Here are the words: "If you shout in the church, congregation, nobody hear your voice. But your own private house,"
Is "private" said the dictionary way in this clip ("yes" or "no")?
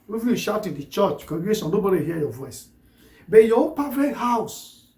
no